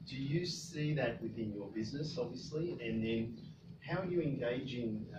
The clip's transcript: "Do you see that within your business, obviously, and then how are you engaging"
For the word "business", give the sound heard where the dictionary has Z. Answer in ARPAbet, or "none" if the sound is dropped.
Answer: Z